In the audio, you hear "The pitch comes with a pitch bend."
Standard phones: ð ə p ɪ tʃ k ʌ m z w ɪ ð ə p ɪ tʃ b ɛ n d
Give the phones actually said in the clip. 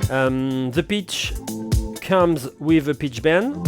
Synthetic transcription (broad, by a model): ð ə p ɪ tʃ k ʌ m z w ɪ ð ə p ɪ tʃ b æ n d